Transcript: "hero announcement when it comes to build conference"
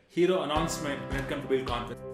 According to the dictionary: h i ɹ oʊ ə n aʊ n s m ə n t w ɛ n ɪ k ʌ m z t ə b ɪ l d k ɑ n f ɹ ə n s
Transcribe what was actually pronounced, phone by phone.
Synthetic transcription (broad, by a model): h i ɹ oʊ ə n aʊ n s m ə n t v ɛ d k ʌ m t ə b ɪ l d k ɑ n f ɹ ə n